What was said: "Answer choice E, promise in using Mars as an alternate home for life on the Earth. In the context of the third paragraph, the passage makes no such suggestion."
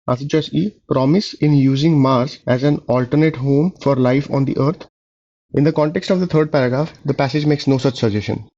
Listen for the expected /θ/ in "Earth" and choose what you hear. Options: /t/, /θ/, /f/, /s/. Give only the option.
/t/